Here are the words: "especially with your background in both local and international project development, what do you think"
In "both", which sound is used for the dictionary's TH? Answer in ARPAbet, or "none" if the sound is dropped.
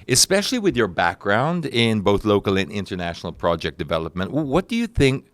TH